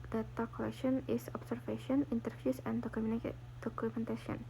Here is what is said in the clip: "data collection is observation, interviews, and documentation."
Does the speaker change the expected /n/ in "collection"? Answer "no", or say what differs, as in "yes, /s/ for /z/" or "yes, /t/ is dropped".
no